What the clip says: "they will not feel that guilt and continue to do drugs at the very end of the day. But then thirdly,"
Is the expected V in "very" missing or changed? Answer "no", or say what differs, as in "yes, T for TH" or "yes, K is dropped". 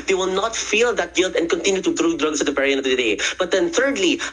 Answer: yes, P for V